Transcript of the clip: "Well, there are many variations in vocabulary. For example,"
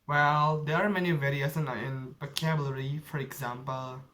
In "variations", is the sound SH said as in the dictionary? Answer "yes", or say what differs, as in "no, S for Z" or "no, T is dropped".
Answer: no, S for SH